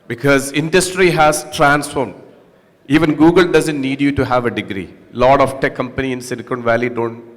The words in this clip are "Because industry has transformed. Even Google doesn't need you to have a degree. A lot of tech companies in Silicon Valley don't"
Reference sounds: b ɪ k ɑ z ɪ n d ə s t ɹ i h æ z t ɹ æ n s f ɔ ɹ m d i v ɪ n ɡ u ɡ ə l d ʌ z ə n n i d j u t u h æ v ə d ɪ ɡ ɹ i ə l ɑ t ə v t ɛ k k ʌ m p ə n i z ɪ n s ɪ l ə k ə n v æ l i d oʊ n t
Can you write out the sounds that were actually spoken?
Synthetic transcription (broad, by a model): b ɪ k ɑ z ɪ n d ə s t ɹ i h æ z t ɹ æ n s f ɔ ɹ m d i v ɪ n ɡ u ɡ ə l d ʌ z ə n n i d j u t u h æ v ə d ɪ ɡ ɹ i l ɑ t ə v t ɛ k k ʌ m p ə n i ɪ n s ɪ n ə k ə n v æ l i d oʊ n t